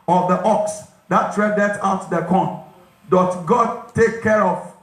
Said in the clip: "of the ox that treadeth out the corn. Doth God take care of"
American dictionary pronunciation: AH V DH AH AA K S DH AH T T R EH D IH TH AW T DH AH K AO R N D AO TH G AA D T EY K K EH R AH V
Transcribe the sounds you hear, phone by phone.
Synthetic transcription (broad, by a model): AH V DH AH AA K S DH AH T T R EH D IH T AW T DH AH K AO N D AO T G AA D T EY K K EH R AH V